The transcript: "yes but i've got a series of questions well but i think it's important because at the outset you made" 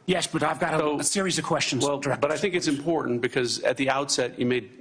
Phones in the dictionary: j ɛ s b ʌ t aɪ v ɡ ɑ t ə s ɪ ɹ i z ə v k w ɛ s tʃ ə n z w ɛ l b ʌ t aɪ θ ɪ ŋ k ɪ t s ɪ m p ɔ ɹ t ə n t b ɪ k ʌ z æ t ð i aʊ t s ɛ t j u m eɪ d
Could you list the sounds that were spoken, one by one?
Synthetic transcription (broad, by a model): j ɛ s b ʌ t aɪ v ɡ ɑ t ə s ɪ ɹ i z ə v k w ɛ s tʃ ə n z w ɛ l b ʌ t aɪ θ ɪ ŋ k ɪ t s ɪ m p ɔ ɹ t n b ɪ k ʌ z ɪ t ð i aʊ t s ɛ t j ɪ m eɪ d